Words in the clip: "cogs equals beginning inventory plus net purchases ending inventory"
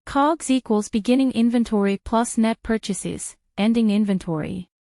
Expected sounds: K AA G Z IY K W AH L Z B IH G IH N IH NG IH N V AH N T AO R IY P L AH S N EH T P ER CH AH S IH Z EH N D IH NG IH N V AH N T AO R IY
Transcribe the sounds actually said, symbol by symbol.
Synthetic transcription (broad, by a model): K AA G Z IY K W AH L Z B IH G IH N IH NG IH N V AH N T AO R IY P L AH S N EH T P ER CH AH S IH Z EH N D IH NG IH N V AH N T AO R IY